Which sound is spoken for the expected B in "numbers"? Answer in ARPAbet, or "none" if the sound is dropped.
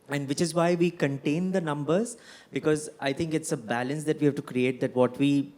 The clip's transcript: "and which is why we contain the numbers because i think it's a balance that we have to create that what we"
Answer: B